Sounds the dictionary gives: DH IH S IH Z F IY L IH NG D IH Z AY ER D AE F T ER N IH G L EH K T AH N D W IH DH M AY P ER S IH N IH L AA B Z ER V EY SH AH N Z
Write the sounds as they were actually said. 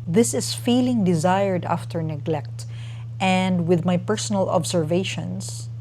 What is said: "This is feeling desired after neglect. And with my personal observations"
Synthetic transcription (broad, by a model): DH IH S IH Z F IY L IH NG D IH Z AY ER D AE F T ER N IH G L EH K T AH N D W IH DH M AY P ER S IH N IH L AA B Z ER V EY SH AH N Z